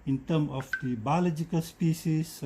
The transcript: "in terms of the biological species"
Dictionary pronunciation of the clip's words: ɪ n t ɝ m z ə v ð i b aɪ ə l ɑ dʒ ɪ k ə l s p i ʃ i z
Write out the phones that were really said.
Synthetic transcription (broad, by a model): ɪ n t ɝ m ə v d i b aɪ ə l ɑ dʒ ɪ k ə l s p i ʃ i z